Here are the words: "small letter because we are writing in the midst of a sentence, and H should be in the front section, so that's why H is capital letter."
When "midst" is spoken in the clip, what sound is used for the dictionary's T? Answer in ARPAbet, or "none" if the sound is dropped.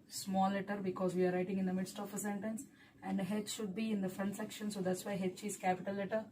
T